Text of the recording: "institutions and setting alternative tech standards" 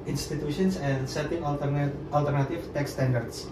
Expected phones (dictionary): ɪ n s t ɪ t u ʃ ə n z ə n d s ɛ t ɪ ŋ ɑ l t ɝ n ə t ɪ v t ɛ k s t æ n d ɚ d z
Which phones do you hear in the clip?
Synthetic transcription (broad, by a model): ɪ n s t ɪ t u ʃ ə n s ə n s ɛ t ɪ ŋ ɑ l t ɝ n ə t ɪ f t ɛ k s t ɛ n d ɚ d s